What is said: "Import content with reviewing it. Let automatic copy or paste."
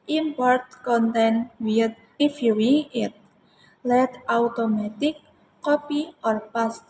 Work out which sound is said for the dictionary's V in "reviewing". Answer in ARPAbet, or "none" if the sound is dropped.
F